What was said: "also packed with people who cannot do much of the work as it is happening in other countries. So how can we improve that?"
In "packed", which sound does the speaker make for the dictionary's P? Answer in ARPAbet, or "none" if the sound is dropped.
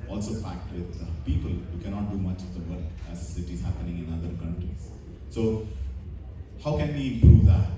F